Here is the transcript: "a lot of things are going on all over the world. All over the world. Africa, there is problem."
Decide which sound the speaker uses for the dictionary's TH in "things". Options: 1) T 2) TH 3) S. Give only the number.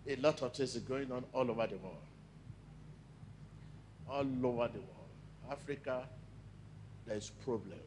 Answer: 1